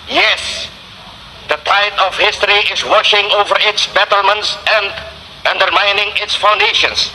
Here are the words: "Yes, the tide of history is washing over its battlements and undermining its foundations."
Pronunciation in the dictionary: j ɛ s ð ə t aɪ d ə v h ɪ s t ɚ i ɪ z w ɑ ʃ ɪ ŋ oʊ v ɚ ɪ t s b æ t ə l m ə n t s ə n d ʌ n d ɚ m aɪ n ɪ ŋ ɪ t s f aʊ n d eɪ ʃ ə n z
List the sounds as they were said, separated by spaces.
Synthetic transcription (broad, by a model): j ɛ s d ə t aɪ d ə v h ɪ s t ɚ i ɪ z w ɑ ʃ ɪ ŋ oʊ v ɚ ɪ t s b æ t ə l m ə n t s ə n d ʌ n d ɚ m aɪ n ɪ ŋ ɪ t s f aʊ n d eɪ ʃ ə n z